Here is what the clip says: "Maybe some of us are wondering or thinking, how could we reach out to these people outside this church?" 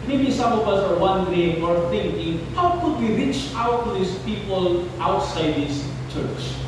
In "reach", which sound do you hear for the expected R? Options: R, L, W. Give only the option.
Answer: R